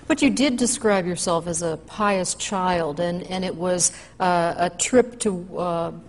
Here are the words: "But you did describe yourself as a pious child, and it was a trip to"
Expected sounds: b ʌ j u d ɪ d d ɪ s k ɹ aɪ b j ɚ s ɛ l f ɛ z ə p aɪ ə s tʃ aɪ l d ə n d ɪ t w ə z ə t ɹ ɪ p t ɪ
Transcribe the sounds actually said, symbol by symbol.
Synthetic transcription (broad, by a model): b ʌ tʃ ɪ d ɪ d d ɪ s k ɹ aɪ b j ɚ s ɛ l f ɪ z ə p aɪ ə s tʃ aɪ l d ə n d ɪ t w ə z ə t ɹ ɪ p t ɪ